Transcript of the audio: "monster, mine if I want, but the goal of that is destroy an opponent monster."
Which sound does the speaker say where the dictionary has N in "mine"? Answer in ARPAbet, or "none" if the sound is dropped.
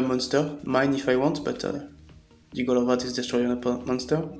N